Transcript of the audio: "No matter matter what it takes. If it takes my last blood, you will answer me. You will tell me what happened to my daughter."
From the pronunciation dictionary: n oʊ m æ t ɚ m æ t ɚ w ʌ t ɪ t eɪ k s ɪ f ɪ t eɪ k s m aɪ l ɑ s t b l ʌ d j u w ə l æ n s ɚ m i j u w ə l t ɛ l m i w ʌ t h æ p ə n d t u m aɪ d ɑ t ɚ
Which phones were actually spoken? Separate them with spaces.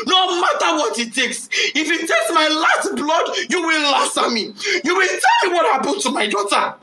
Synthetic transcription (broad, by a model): n oʊ m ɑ t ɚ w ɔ t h ɪ t eɪ k s ɪ f ɪ t eɪ k s m aɪ l ɑ s t b l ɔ d j u w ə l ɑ s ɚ m i j u w ə l t ɛ l m i w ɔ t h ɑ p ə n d t u m aɪ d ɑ t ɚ